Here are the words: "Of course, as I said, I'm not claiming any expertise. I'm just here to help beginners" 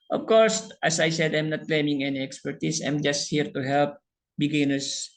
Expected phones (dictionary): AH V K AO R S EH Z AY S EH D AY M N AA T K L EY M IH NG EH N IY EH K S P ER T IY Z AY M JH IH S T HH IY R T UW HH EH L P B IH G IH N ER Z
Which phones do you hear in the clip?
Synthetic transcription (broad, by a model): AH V K AO R S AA S AY S EH D AY M N AA T K L EY M IH NG EH N IY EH K S P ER T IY S AY M JH IH S T HH IY R T UW HH EH L P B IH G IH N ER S